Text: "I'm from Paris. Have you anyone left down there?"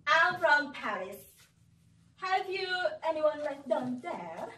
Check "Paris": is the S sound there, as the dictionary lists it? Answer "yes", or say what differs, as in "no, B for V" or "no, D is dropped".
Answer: yes